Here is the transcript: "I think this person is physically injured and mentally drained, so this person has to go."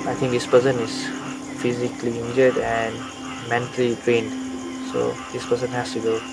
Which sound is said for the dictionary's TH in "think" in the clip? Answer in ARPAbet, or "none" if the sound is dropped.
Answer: T